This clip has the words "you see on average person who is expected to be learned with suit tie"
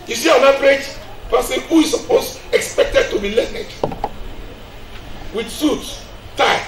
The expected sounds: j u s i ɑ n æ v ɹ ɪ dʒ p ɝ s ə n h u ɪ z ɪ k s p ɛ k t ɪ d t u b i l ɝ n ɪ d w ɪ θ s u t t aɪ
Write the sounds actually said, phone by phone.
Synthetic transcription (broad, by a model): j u s i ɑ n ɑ p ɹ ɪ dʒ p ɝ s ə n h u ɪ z ɪ k s p ɛ k t ɪ d t u b i l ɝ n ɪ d w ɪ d s u t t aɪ